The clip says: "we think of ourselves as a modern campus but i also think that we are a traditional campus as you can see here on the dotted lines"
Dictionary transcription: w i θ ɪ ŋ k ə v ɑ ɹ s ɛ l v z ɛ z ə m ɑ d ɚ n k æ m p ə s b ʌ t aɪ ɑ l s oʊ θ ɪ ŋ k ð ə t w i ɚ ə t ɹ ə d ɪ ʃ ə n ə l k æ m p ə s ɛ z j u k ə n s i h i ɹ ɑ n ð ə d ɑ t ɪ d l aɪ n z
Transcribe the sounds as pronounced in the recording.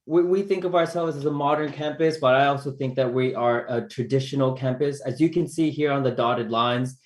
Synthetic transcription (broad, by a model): w i θ ɪ ŋ k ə v ɑ ɹ s ɛ l v z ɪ z ə m ɑ d ɚ n k æ m p ə s b ʌ t aɪ ɑ l s oʊ θ ɪ ŋ k ð ə t w i ɚ ə t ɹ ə d ɪ ʃ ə n l k æ m p ə s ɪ z j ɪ k ə n s i h i ɹ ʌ n ð ə d ɑ t ɪ d l aɪ n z